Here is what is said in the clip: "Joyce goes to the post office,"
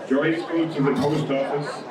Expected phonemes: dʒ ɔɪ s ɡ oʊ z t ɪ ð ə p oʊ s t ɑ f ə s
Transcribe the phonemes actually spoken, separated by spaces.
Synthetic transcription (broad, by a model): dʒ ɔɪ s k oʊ t ɪ ð ə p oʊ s t ɑ f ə s